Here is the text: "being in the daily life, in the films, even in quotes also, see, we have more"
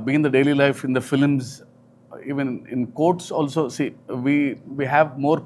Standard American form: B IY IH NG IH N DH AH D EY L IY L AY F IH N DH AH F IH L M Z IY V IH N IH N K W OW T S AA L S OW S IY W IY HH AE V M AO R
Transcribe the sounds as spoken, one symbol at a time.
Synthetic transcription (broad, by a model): B IY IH IH N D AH D EY L IY L AY F IH N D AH F IH L M Z IY V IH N IH N K OW T S AA L S OW S IY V IY HH AE V M AO R